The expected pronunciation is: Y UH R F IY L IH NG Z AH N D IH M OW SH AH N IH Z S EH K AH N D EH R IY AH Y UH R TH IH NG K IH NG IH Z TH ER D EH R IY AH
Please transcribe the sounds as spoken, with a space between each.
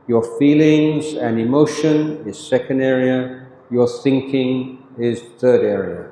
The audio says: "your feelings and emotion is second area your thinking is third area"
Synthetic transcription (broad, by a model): Y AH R F IY L IH NG Z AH N IH M OW SH AH N IH Z S EH K AH N D EH R IY AH Y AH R TH IH NG K IH NG IH Z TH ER D EH R IY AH